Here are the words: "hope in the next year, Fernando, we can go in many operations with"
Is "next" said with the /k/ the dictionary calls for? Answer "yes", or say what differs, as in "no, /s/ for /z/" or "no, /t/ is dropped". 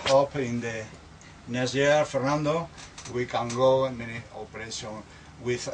no, /k/ is dropped